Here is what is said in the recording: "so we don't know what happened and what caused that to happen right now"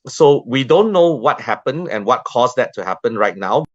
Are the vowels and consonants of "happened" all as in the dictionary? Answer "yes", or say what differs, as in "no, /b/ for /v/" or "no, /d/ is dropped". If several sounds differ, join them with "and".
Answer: no, /d/ is dropped